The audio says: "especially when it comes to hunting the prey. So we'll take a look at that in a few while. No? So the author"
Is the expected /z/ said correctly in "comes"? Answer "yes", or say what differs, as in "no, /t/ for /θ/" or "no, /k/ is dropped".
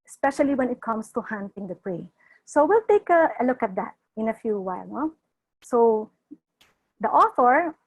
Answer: no, /s/ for /z/